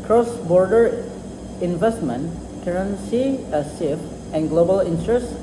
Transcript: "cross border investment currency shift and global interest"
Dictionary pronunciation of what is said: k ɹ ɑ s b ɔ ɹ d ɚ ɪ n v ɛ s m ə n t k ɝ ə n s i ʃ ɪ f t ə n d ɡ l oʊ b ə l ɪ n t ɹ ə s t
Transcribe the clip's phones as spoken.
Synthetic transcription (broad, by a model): k ɹ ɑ s b ɔ ɹ d ɚ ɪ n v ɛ s m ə n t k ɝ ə n s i s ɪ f ə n ɡ l oʊ b ə l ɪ n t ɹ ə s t